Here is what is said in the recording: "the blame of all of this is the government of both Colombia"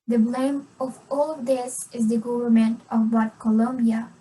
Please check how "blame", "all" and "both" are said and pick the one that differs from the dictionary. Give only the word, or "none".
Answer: both